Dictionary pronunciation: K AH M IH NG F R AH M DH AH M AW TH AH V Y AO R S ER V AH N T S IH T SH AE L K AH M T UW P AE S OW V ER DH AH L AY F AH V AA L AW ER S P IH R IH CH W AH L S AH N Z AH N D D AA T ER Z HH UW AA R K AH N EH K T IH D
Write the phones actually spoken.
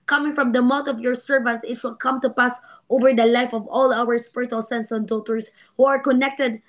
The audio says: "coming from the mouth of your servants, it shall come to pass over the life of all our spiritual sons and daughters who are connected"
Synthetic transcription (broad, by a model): K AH M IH NG F R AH M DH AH M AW T AH V Y AO R S ER V AH N T S IH T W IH L K AH M T UW P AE S OW V ER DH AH L AY F AH V AA L AW ER S P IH R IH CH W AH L S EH N S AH N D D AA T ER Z HH UW AA R K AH N EH K T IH D